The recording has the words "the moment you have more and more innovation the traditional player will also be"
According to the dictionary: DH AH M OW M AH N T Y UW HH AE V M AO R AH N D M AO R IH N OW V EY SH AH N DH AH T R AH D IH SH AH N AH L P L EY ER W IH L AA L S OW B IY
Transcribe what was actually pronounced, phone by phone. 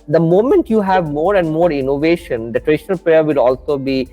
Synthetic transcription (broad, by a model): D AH M OW M AH N T Y UW HH AE V M AO R AH N D M AO R IH N OW V EY SH AH N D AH T R AH D IH SH AH N AH L P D EY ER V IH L AA L S OW B IY